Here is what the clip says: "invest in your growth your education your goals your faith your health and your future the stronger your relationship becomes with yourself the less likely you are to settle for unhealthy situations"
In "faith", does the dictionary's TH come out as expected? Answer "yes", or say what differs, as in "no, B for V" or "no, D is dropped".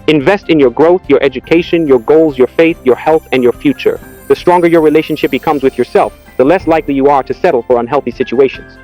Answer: yes